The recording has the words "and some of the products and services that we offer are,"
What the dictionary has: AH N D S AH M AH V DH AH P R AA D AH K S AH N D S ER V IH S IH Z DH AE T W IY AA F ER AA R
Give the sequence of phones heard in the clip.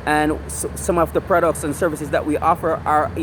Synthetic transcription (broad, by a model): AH N S AH M AH V DH AH P R AA D AH K S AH N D S ER V IH S IH Z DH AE T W IY AA F ER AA R